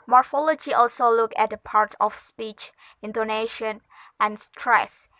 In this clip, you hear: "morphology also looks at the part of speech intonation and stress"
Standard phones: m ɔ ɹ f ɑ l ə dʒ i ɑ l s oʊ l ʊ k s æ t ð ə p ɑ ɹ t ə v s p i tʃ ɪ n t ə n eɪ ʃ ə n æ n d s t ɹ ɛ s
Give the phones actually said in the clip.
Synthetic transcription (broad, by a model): m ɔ ɹ f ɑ l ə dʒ i ɑ l s oʊ l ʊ k æ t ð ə p ɑ ɹ t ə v s p i tʃ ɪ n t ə n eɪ ʃ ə n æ n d s t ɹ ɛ s